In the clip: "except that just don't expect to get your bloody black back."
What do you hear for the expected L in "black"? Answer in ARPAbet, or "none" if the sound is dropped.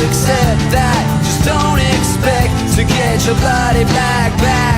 none